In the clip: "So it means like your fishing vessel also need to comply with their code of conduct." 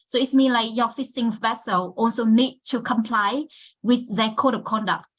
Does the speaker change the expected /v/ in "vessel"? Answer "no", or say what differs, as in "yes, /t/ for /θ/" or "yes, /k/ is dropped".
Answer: no